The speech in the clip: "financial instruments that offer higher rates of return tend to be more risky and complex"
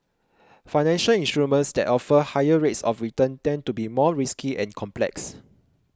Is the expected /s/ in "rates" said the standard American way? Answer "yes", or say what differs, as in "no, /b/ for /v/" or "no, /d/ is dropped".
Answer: yes